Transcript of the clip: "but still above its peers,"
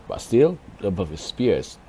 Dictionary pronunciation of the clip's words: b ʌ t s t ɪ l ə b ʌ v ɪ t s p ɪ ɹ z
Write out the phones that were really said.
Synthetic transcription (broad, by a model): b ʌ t s t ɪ l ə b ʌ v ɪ s s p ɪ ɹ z